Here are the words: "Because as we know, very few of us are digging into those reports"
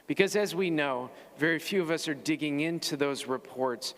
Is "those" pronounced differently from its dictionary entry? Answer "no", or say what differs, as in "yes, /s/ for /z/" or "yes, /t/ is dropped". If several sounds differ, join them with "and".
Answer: no